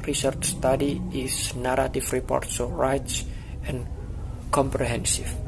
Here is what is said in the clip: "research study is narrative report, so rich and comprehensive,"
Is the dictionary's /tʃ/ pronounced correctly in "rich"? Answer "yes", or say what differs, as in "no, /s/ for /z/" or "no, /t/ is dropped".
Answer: no, /s/ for /tʃ/